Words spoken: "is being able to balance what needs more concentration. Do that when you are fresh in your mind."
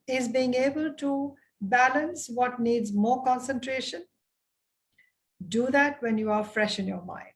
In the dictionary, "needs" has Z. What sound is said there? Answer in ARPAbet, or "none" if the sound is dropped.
Z